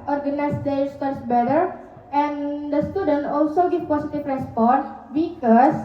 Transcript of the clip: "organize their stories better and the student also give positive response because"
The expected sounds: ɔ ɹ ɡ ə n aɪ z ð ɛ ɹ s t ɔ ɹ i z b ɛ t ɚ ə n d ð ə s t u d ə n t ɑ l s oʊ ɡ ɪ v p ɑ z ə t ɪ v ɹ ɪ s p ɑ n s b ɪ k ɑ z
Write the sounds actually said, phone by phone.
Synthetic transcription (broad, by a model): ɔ ɹ ɡ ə n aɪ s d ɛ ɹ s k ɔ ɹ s b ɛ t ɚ ə n d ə s t u d ə n t ɑ l s oʊ ɡ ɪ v p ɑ s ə t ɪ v ɹ ɪ s p ɑ n s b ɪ k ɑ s